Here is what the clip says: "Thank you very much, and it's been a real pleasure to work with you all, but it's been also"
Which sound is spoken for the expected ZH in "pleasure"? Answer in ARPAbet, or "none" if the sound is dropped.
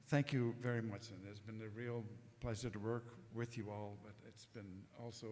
S